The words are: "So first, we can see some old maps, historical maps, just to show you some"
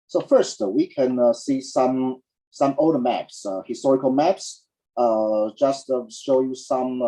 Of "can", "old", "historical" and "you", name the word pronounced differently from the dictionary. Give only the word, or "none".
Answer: old